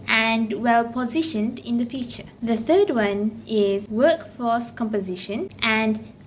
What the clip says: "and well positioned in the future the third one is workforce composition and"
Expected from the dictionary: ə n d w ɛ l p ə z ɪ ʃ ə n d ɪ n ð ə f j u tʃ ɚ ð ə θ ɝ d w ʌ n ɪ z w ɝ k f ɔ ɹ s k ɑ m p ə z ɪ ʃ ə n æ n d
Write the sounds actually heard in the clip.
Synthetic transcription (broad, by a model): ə n d w ɛ l p ə z ɪ ʃ ə n d ɪ n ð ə f j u tʃ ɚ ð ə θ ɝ d w ʌ n ɪ z w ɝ k f ɔ s k ɑ m p ə z ɪ ʃ ə n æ n d